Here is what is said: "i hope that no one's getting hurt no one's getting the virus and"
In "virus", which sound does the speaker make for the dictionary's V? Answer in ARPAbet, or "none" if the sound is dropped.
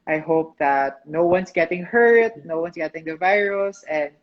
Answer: V